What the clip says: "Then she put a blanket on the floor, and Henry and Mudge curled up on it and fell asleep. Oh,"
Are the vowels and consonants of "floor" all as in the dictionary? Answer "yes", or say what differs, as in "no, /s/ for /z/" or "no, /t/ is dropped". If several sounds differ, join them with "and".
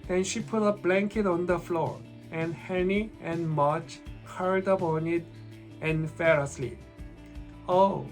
yes